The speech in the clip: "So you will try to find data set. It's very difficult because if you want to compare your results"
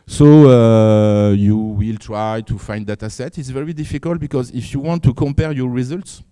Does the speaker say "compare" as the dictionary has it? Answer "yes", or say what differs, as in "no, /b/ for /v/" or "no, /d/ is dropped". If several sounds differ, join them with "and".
yes